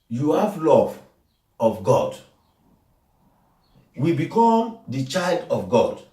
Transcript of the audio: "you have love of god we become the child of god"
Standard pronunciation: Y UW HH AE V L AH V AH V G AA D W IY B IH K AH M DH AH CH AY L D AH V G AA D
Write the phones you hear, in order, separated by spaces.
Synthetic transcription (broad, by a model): Y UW HH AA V L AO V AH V G AA D W IY B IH K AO M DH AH CH AY L D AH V G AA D